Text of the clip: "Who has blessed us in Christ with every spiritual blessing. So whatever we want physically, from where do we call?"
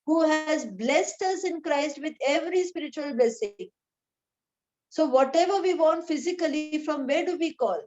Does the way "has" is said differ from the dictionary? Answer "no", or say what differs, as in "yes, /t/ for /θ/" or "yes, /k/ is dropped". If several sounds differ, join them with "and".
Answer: no